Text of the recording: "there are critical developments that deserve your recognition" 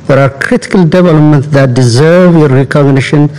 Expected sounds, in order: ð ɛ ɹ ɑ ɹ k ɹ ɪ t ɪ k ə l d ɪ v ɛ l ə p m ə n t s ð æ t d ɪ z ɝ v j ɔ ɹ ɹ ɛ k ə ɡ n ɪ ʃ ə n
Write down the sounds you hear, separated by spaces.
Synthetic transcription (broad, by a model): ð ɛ ɹ ɑ ɹ k ɹ ɪ t ɪ k ə l d ɪ v ɛ l ə p m ə n t s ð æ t d ɪ z ɝ v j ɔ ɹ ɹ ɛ k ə ɡ n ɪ ʃ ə n